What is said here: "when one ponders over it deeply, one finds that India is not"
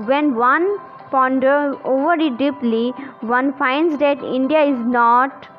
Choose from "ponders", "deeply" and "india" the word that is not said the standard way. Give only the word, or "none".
ponders